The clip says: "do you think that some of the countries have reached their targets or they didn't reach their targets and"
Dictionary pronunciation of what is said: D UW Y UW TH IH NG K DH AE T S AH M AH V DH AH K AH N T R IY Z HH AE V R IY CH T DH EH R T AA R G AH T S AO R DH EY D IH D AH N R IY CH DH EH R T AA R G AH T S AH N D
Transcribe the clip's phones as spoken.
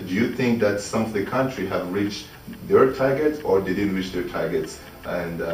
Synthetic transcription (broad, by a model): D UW Y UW TH IH NG K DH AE T S AH M AH V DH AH K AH N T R IY HH AE V R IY CH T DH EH R T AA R G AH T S AO R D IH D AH R IY CH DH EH R T AA R G AH T S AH N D